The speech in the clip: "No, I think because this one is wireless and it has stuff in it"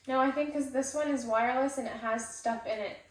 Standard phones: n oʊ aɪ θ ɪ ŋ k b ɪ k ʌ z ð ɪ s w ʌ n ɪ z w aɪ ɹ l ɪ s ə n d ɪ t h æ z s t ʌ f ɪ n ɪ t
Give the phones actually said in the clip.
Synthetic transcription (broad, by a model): n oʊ aɪ θ ɪ ŋ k k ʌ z ð ɪ s w ʌ n ɪ z w aɪ ɹ l ɪ s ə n ɪ t h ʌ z s t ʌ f ɪ n ɪ t